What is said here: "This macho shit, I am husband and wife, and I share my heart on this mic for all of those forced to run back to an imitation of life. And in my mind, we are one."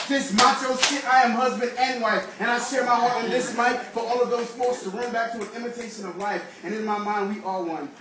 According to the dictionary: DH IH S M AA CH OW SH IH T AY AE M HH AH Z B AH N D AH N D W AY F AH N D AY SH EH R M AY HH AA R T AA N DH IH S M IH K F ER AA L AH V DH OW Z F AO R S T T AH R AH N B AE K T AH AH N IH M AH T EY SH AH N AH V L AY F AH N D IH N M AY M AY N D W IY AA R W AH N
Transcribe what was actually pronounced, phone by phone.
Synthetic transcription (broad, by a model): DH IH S M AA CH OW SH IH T AY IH M HH AH Z B AH N D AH N W AY F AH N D AY SH EH R M AY HH AA R T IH N DH IH S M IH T F ER AA L AH V DH OW Z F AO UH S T T AH R AH N B AE K T AH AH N IH M AH T EY SH AH N AH V L AY F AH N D IH N M AY M AY N D W IY AA L W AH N